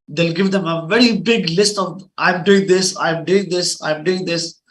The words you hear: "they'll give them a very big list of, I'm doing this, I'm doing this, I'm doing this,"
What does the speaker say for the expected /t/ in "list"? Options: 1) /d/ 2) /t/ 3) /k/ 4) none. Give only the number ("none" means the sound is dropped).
2